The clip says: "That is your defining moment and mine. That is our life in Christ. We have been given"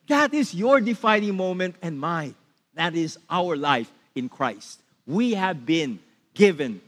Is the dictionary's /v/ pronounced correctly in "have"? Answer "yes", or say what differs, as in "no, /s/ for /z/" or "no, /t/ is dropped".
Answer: yes